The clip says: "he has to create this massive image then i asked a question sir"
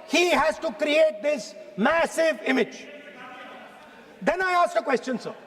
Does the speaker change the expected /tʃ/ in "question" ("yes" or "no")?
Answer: no